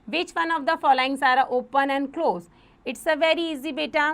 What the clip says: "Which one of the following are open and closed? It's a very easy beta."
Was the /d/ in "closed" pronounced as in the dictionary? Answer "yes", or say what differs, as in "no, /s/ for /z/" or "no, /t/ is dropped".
no, /d/ is dropped